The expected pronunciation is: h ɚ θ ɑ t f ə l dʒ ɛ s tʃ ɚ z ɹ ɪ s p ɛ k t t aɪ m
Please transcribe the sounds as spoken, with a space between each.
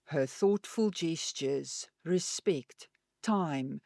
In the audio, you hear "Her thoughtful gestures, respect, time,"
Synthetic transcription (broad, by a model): h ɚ θ ɑ t f ə l dʒ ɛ s tʃ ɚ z ɹ ɪ s p ɛ k t t aɪ m